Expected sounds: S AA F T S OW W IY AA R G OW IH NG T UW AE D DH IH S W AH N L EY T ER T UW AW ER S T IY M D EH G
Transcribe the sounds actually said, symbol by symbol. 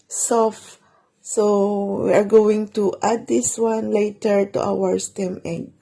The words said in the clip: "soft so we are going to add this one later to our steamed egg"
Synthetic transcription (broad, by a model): S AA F S OW W IY AA R G OW IH NG T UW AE D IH S W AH N L EY T ER T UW AW ER S T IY M EH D